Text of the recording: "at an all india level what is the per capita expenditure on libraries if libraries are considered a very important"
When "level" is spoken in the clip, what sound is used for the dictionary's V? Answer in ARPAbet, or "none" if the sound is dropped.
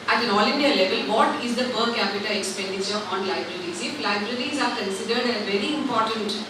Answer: V